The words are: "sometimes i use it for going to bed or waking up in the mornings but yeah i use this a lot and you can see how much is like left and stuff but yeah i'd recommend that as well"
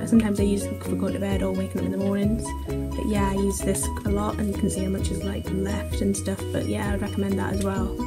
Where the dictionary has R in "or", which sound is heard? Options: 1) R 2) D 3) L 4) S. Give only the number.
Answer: 3